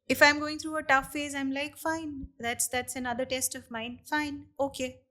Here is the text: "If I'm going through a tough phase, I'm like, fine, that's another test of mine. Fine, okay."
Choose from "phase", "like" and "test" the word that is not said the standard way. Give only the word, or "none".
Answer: none